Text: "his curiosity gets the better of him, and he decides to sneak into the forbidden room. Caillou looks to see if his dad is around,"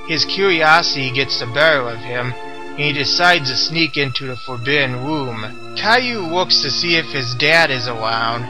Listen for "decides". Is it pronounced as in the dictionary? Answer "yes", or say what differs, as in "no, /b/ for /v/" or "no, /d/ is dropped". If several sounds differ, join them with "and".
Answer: yes